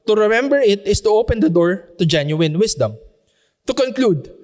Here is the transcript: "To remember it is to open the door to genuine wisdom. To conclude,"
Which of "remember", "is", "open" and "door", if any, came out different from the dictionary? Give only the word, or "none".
is